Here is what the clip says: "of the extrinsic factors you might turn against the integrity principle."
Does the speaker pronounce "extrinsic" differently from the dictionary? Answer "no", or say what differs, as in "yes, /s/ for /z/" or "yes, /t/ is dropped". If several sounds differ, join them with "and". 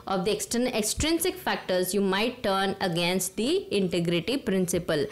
no